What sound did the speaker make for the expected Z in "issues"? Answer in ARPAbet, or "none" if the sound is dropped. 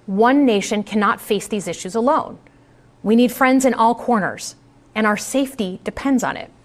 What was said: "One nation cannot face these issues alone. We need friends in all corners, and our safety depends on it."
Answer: Z